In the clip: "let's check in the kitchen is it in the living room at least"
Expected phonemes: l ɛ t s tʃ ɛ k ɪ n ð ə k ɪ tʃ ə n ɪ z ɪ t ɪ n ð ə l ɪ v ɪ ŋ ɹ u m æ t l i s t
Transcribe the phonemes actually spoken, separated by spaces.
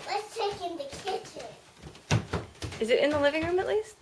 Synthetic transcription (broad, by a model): l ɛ t s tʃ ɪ k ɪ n ð ə k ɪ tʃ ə ɪ z ɪ t ɪ n ð ə l ɪ v ɪ ŋ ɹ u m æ t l i s t